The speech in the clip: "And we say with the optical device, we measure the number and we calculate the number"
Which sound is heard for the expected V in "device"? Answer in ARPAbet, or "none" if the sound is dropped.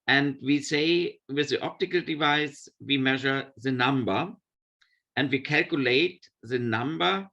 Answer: V